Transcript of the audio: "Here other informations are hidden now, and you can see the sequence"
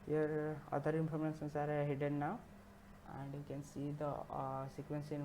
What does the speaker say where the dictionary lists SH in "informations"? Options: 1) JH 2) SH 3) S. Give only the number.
3